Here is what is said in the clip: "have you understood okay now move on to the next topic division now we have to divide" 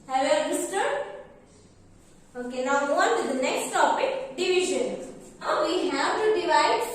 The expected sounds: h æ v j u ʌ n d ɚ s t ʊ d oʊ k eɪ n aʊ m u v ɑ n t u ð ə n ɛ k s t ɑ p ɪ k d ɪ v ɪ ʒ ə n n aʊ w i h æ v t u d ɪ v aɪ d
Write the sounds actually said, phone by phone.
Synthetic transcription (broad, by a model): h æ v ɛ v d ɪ s t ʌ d oʊ k eɪ n aʊ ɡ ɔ ɑ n t u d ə n ɛ k s t ɑ p ɪ k d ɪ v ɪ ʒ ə n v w i h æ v t u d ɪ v aɪ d